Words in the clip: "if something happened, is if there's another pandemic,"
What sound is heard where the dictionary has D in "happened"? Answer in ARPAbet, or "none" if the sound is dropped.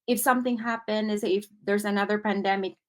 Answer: none